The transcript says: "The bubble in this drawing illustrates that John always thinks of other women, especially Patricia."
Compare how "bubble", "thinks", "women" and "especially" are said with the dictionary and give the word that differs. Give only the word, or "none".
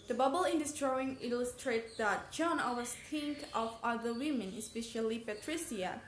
thinks